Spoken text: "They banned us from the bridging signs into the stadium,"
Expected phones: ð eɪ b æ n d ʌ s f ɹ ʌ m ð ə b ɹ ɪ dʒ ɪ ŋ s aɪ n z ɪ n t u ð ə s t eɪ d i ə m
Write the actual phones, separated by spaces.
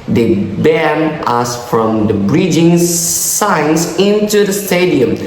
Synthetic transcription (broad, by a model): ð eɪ b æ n ʌ s f ɹ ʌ m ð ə b ɹ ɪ dʒ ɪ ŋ s aɪ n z ɪ n t u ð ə s t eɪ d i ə m